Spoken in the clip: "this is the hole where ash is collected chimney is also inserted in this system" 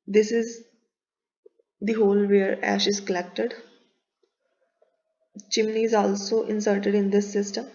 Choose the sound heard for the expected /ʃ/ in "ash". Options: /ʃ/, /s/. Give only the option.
/ʃ/